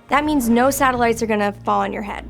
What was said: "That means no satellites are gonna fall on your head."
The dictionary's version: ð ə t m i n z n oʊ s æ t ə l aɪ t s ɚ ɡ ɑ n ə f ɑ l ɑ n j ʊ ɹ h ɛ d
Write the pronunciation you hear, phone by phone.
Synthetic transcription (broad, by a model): ð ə t m i n z n oʊ s æ t ə l aɪ t s ɚ ɡ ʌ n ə f ɑ l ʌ n j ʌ ɹ h ɛ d